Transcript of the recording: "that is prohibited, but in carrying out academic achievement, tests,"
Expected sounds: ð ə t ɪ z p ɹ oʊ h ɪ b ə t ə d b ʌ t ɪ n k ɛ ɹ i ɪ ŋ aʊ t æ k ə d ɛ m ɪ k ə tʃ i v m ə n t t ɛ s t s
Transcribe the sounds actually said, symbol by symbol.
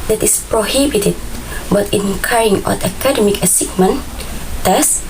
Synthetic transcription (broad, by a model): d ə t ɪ s p ɹ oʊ h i b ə t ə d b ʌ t ɪ n k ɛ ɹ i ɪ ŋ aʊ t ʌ k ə d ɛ m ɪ k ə s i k m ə n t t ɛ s s